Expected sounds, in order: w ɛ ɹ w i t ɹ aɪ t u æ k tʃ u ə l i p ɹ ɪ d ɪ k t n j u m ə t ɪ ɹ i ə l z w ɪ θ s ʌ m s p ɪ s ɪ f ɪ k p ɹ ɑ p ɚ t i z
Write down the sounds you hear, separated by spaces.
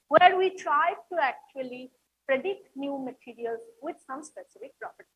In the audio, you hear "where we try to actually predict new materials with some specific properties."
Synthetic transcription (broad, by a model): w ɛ ɹ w i t ɹ aɪ t u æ k tʃ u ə l i p ɹ ɪ d ɪ k t n j u m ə t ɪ ɹ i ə l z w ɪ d s ʌ m s p ɪ s ɪ f ɪ k p ɹ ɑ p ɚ t i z